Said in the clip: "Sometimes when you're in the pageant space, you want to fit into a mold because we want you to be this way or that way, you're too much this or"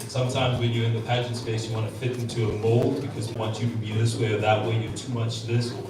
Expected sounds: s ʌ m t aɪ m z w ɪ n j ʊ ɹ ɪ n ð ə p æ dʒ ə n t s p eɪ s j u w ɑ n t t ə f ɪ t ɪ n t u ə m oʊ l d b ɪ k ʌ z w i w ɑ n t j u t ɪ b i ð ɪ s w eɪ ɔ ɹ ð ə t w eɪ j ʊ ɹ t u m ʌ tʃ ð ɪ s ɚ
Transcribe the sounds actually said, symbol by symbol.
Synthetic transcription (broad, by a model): s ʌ m t aɪ m z w ɪ n j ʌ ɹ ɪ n ð ə p æ dʒ ə n t s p eɪ s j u w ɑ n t t ə f ɪ t ɪ n t u ə m oʊ l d b ɪ k ʌ z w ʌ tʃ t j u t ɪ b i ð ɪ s w eɪ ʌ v ð ə t w eɪ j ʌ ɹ t u m ʌ tʃ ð ɪ s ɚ